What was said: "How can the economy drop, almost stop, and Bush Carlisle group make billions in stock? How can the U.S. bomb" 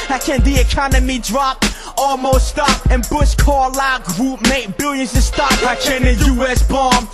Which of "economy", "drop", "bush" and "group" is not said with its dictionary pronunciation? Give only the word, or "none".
bush